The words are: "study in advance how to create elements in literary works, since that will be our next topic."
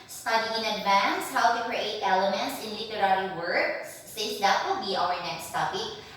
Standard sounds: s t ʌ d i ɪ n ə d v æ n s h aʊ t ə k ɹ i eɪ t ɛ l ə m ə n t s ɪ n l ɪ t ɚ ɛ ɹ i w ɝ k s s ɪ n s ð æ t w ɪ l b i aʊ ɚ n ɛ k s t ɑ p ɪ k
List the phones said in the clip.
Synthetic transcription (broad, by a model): s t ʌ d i ɪ n ə d v æ n s h aʊ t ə k ɹ i eɪ t ɛ l ə m ə n t s ɪ n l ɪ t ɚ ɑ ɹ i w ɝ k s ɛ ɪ s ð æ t w ɪ l b i aʊ ɚ n ɛ k s t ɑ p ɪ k